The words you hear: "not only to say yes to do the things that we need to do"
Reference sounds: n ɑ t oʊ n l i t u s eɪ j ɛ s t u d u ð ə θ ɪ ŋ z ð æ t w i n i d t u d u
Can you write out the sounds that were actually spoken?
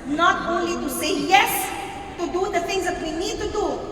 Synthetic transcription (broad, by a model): n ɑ t oʊ n l i t u s eɪ j ɛ s t u d u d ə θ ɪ ŋ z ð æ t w i n i d t u d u